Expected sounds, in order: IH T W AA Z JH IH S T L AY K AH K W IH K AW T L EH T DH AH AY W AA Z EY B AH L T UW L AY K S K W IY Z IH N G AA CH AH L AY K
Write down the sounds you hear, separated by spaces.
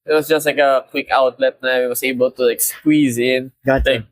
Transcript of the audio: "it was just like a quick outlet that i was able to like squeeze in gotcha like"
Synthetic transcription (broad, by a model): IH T W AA S JH IH S T L AY K AH K W IH K AW T L EH T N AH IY W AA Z EY B AH L T UW L AY K S K W IY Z IH N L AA AH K